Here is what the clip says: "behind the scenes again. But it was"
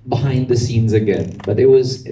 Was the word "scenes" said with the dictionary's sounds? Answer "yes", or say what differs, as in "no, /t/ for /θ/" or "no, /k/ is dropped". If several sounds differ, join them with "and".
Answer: yes